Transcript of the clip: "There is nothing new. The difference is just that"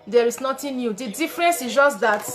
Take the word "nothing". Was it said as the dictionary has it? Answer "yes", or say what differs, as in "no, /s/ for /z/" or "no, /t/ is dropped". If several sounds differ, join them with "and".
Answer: no, /t/ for /θ/